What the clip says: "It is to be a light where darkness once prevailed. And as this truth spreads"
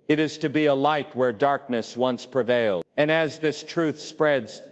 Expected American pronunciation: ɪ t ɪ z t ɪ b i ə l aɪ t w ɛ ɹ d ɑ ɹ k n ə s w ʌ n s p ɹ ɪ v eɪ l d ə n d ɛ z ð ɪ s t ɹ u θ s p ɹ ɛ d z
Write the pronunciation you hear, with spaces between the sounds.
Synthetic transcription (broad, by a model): ɪ t ɪ z t ɪ b i ə l aɪ t w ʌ ɹ d ɑ ɹ k n ə s w ʌ n s p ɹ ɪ v eɪ l ə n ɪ z ð ɪ s t ɹ u θ s p ɹ ɛ d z